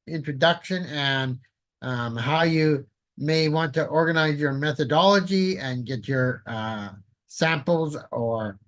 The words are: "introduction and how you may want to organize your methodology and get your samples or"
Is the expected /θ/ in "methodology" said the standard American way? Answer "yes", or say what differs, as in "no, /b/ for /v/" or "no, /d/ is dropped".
yes